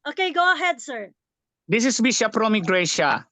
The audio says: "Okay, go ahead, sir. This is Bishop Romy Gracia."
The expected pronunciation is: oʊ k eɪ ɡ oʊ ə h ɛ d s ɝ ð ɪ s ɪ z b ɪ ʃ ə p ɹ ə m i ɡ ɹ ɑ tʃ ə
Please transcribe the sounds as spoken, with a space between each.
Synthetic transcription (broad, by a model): oʊ k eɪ ɡ oʊ ə h ɛ d s ɝ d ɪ s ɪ s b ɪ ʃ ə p ɹ ə m i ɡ ɹ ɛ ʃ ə